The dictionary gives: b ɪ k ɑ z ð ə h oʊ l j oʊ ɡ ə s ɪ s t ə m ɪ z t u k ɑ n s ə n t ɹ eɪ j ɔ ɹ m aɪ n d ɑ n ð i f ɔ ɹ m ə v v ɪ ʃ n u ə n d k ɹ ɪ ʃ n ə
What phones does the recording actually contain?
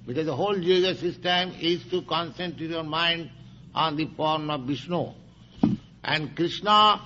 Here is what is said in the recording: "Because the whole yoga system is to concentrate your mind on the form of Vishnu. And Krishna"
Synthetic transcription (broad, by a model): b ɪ k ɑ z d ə h oʊ l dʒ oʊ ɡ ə s ɪ s t ə m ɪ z t u k ɑ n s ə n t ɹ eɪ j ɔ ɹ m aɪ n d ɑ n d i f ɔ ɹ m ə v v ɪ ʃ n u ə n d k ɹ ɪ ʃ n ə